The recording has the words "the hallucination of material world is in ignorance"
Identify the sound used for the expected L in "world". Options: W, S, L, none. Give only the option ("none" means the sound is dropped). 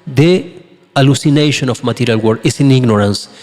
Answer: none